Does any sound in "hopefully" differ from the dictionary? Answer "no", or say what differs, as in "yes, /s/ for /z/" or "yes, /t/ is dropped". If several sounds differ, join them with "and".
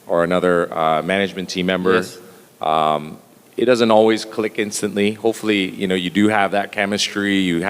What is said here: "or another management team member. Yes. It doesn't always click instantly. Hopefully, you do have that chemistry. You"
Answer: yes, /n/ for /l/